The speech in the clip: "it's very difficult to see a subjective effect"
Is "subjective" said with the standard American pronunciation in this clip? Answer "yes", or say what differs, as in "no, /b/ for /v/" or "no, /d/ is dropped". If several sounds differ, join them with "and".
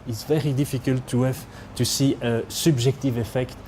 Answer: no, /ʒ/ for /dʒ/